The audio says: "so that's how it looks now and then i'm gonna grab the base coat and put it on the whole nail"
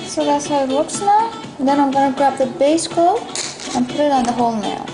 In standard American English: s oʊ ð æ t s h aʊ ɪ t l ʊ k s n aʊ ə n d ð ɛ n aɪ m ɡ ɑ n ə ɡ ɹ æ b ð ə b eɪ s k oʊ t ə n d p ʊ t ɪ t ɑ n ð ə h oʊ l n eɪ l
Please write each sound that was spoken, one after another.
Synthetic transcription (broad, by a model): s oʊ ð æ t s h aʊ ɪ t w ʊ k s n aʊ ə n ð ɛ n aɪ m ɡ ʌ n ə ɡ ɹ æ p ð ə b eɪ s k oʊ ə n p ʊ t ɪ t n ð ə h oʊ l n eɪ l